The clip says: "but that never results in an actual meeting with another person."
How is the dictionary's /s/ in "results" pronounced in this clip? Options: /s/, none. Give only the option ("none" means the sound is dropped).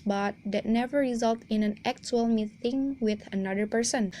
none